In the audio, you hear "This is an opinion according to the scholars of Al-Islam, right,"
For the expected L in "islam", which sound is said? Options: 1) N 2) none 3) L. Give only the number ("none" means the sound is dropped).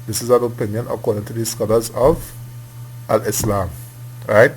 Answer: 3